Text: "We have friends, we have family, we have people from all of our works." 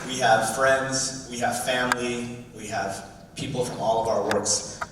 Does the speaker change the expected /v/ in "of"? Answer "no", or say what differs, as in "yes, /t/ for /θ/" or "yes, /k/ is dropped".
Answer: no